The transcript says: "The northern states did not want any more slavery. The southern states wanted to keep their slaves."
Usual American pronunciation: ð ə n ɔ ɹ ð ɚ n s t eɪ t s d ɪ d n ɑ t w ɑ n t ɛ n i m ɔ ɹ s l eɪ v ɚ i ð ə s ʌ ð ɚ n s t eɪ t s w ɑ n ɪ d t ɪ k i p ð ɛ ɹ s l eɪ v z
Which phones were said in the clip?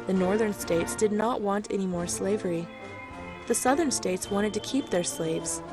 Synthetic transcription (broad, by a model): ð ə n ɔ ɹ ð ɚ n s t eɪ t s d ɪ d n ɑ t w ɑ n t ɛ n i m ɔ ɹ s l eɪ v ɚ i ð ə s ʌ ð ɚ n s t eɪ t s w ɑ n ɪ d t ɪ k i p ð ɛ ɹ s l eɪ v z